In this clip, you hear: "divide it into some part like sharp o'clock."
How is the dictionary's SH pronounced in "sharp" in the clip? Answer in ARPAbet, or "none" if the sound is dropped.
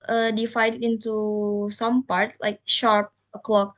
SH